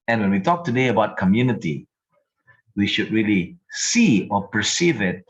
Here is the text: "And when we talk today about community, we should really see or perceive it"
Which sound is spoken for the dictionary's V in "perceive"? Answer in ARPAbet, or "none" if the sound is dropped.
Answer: V